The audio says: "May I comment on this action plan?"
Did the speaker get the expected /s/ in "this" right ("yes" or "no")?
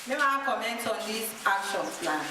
no